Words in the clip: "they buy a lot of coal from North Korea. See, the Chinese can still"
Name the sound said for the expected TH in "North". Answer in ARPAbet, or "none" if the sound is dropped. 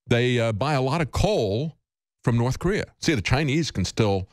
TH